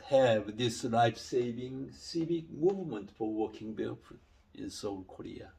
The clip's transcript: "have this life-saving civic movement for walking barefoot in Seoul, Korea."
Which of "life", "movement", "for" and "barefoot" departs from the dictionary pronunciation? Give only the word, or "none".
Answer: barefoot